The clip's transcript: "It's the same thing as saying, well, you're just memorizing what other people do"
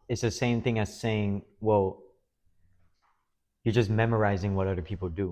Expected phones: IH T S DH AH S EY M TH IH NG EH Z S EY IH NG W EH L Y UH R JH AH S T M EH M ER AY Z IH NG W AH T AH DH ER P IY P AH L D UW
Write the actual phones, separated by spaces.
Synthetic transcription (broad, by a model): IH T S DH AH S EY M TH IH NG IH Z S EY IH NG W EH L Y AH R JH AH S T M EH M ER AY Z IH NG W AH T AH DH ER P IY P L D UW